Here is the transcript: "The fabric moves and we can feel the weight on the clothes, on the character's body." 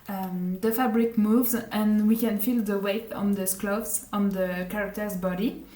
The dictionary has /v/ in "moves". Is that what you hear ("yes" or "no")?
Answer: yes